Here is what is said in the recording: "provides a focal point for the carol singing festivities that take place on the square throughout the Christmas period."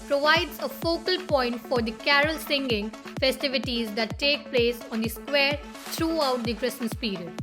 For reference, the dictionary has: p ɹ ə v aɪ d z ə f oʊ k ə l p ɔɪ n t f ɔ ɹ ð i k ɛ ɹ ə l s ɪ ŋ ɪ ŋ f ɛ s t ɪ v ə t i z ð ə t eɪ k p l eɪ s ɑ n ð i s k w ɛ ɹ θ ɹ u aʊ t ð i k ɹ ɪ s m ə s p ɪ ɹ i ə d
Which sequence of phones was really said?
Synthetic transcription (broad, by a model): p ɹ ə v aɪ d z ə f oʊ k ə l p ɔɪ n t f ɔ ɹ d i k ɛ ɹ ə l s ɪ ŋ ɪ ŋ f ɛ s t ɪ v ə t i z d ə t eɪ k p l eɪ s ɑ n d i s k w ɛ ɹ t ɹ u aʊ t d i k ɹ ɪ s ə s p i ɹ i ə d